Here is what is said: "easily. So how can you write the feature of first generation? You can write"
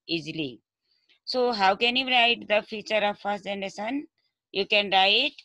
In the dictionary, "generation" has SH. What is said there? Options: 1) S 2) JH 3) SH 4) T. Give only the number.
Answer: 1